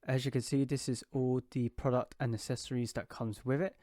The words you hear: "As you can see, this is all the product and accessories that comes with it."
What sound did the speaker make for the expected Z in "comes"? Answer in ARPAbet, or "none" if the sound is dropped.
Z